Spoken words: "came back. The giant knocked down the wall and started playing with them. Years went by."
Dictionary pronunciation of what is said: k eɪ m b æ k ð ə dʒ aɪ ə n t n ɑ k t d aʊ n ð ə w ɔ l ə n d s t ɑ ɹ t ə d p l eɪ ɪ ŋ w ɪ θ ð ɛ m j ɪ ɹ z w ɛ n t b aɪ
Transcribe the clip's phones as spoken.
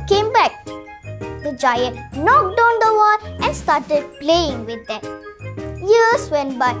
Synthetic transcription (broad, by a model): k eɪ m b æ k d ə dʒ aɪ ə n t n ɑ k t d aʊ n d ə w ɔ l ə n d s t ɑ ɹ t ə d p l eɪ ɪ ŋ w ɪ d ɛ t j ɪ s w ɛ n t b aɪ